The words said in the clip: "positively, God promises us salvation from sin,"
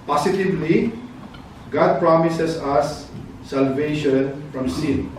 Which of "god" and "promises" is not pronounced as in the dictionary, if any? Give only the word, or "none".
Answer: promises